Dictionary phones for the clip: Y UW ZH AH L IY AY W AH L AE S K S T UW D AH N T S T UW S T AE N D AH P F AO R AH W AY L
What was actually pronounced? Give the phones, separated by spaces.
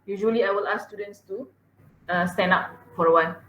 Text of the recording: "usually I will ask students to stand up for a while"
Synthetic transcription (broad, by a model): Y UW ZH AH L IY AY W AH L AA S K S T UW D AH N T S T UW S T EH N AA P F AO R AH W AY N